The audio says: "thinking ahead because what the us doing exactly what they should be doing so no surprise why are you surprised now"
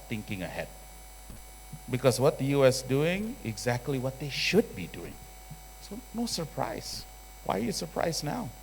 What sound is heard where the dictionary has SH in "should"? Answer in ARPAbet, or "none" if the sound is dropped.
SH